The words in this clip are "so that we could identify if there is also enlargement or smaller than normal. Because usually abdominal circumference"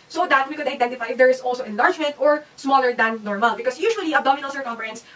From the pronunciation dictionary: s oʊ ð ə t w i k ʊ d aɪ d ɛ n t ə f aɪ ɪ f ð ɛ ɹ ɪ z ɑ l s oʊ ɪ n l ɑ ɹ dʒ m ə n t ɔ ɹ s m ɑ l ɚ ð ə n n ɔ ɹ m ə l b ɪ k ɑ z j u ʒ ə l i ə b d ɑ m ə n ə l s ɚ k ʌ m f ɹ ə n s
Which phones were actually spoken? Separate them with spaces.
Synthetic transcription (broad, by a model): s oʊ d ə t w i k ʊ d aɪ d ɛ n t ə f aɪ ɪ f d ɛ ɹ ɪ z ɑ l s oʊ ɪ n l ɑ ɹ dʒ m ə n t ɔ ɹ s m ɑ l ɚ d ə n n ɔ ɹ m ə l b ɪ k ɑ s j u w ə l i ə d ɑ m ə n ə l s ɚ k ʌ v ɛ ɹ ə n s